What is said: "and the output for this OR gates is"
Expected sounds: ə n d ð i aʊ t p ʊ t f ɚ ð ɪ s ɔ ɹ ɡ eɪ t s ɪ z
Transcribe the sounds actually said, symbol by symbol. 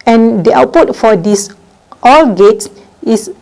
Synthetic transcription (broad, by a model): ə n d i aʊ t p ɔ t f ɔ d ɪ s ɔ l ɡ eɪ t s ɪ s